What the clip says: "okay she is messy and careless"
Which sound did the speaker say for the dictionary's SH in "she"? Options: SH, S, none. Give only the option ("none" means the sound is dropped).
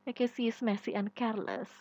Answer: S